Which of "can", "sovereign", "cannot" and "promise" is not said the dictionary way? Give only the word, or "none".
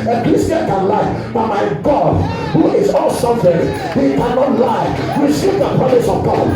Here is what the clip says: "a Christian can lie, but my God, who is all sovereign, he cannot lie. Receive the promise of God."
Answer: sovereign